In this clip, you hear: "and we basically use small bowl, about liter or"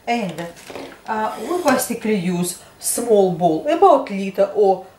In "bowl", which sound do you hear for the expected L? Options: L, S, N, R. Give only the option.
L